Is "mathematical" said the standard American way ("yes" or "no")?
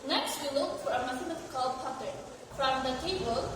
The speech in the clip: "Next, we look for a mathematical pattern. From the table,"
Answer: no